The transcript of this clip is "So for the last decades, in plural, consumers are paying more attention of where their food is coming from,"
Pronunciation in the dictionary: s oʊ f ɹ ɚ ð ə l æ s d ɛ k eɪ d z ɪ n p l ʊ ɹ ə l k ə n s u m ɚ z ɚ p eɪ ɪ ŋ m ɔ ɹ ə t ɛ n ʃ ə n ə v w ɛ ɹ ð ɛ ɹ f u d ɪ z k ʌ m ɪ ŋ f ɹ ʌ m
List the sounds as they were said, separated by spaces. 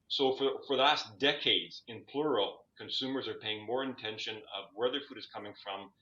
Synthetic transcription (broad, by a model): s oʊ f ɹ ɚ ð ə l æ s d ɛ k eɪ d z ɪ n p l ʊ ɹ l k ə n s u m ɚ z ɚ p eɪ ɪ ŋ m ɔ ɹ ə t ɛ n ʃ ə n ə v w ɛ ɹ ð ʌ ɹ f u d ɪ z k ʌ m ɪ ŋ f ɹ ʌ m